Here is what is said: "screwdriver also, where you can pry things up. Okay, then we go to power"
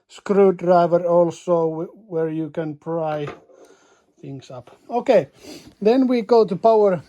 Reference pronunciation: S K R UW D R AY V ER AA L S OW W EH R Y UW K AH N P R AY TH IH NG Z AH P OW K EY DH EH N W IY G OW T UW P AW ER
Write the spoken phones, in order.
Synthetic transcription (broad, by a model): S K R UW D R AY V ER AA L S OW W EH R Y UW K AH N P R AY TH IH NG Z AH P OW K EY DH EH N W IY G OW T UW P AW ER